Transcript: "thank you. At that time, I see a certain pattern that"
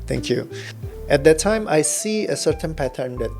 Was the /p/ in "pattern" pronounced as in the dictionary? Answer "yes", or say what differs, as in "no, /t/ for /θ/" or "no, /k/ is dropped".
yes